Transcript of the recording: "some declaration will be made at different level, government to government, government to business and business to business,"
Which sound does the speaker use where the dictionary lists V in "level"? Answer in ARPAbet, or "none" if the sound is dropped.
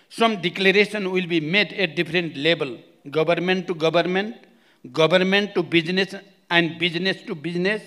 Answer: B